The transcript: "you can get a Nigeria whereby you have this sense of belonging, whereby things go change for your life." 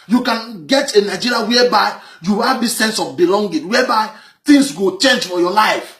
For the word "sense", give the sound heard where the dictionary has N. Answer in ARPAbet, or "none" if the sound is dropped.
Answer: N